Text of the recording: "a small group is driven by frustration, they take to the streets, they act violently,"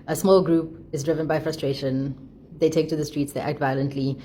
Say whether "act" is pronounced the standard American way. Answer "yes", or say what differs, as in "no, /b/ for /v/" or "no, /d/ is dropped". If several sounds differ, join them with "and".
yes